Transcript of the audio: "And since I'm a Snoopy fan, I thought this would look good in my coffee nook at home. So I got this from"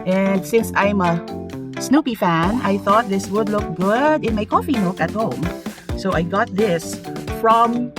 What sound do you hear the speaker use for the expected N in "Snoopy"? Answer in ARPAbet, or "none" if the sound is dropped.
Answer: N